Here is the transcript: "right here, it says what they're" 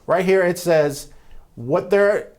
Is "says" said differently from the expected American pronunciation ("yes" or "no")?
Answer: no